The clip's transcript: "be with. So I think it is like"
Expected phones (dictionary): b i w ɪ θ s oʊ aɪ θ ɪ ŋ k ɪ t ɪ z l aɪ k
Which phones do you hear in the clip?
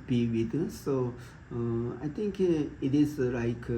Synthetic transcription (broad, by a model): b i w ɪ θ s oʊ aɪ t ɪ ŋ k ɪ t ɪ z l aɪ k